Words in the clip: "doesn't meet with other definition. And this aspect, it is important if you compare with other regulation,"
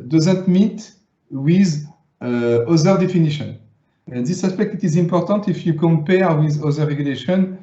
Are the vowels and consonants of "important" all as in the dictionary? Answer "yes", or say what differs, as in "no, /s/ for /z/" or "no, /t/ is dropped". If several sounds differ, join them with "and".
yes